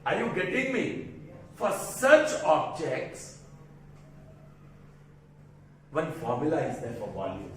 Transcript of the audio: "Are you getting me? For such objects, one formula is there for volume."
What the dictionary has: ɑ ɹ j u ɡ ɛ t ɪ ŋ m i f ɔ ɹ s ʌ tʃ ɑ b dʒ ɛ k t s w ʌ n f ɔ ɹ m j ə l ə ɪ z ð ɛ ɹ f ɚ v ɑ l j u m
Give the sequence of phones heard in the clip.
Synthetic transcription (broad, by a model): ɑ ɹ j u ɡ ɛ t ɪ ŋ m i f ɔ ɹ s ʌ tʃ ɑ b dʒ ɛ k t s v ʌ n f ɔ ɹ m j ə l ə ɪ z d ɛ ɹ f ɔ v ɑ l j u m